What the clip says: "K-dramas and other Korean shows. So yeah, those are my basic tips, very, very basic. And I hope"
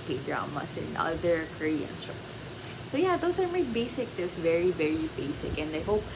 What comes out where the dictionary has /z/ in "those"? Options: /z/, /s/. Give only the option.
/s/